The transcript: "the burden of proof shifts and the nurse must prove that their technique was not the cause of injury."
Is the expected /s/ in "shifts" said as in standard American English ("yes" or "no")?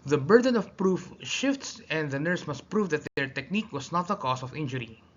yes